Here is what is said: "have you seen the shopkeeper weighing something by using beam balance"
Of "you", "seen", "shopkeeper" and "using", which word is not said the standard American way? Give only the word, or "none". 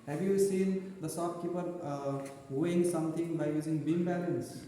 shopkeeper